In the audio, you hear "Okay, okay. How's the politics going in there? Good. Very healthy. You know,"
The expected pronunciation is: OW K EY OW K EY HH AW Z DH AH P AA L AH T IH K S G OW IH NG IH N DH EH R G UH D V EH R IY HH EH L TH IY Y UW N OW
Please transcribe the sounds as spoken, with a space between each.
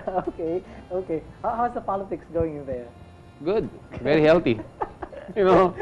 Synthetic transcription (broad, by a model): OW K EY OW K EY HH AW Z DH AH P AA L AH T IH K S G OW IH NG IH N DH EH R G UH D V EH R IY HH EH L T IY Y UW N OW